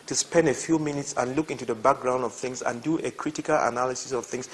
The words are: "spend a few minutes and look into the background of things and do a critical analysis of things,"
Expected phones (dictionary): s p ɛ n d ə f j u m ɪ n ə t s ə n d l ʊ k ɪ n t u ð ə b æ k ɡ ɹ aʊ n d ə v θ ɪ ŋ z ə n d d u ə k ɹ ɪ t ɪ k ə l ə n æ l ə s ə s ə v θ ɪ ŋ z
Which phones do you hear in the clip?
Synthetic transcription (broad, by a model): s p ɛ n d ə f j u m ɪ n ə t s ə n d l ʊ k ɪ n t u ð ə b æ k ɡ ɹ aʊ n d ə v θ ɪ ŋ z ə n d d u ə k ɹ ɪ t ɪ k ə l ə n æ l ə s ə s ə v θ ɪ ŋ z